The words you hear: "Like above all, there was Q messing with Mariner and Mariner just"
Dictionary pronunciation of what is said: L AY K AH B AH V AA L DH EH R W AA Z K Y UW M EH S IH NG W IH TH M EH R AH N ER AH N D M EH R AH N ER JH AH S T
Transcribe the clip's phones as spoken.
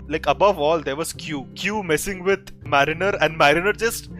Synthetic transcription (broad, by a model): L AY K AH B AH V AA L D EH R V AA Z K Y UW M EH S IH NG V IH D M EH R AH N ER AH N D M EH R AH N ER JH AH S T